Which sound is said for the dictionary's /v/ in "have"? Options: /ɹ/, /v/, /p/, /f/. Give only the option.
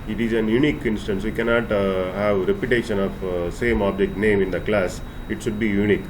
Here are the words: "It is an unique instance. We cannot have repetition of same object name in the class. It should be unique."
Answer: /v/